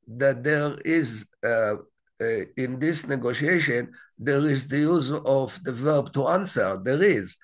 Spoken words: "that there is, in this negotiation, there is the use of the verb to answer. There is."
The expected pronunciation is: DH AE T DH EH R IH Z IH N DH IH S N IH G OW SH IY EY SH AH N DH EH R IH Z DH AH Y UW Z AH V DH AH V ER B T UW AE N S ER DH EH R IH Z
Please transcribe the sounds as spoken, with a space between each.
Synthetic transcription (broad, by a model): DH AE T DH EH R IH Z IH N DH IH S N IH G OW SH IY EY SH AH N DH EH R IH Z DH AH Y UW Z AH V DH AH V ER B T UW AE N S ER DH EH R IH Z